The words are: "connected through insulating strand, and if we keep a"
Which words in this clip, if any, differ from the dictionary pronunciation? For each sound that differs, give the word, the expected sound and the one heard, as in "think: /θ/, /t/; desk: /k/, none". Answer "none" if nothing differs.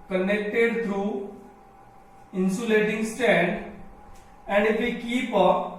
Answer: through: /θ/, /t/; strand: /ɹ/, none